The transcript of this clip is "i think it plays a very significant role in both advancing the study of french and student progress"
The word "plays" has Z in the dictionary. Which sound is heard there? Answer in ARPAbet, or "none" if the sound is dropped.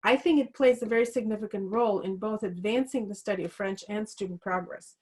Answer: Z